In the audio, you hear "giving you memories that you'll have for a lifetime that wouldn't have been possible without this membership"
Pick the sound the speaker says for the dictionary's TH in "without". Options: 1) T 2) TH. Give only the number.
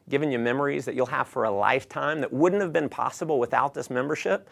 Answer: 2